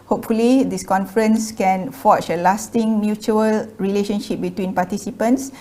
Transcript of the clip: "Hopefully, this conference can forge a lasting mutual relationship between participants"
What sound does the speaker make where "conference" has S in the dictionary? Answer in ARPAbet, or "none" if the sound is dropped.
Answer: S